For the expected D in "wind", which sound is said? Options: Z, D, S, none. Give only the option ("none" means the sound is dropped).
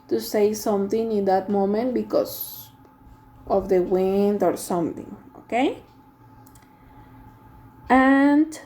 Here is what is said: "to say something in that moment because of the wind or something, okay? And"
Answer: D